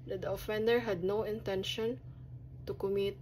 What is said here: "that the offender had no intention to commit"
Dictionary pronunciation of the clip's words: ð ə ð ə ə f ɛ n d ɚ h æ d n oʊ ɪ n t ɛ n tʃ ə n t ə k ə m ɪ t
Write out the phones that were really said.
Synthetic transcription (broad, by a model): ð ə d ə ə f ɛ n d ɚ h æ d n oʊ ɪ n t ɛ n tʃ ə n t ə k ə m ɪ t